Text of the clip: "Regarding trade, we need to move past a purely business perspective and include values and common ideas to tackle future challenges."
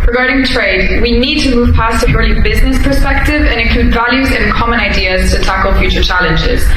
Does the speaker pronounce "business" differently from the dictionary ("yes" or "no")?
no